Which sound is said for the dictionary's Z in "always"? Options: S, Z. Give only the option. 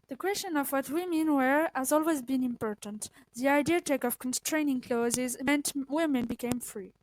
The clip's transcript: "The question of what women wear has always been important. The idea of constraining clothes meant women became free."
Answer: Z